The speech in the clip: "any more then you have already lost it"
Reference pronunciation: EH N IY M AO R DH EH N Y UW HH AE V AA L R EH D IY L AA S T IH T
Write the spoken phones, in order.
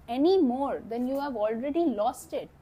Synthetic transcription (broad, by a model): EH N IY M AO R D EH N Y UW HH AE V AA L R EH D IY L AA S T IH T